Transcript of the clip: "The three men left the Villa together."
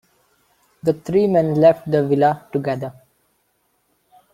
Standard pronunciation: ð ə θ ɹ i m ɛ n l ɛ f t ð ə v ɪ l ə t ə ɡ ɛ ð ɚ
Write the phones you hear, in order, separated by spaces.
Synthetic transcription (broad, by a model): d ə t ɹ i m ɛ n l ɛ f t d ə v ɪ l ə t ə ɡ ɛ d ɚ